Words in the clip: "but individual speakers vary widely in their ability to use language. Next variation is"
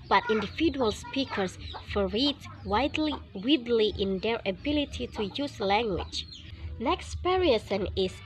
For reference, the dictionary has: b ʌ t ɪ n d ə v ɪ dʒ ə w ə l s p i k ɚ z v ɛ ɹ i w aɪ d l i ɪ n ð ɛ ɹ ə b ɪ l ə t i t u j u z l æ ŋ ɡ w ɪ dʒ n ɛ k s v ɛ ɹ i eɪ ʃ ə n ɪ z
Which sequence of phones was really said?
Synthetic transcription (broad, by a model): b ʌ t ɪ n d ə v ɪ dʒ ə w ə l s p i k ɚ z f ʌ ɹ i w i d l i ɪ n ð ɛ ɹ ə b ɪ l ə t i t u j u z l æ ŋ ɡ w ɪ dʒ n ɛ k s p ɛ ɹ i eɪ s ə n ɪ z